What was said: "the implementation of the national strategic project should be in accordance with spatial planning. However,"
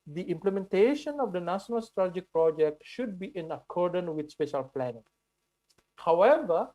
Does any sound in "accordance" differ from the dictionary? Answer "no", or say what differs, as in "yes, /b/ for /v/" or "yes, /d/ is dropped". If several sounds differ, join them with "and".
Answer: yes, /s/ is dropped